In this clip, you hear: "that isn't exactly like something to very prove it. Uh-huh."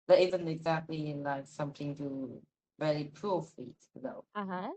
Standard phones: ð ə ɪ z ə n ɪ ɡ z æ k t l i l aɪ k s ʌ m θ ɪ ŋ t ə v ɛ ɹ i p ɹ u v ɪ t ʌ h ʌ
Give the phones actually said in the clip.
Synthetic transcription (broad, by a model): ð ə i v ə n ɪ ɡ z æ k t l i l aɪ k s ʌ m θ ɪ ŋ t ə v ɛ ɹ i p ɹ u f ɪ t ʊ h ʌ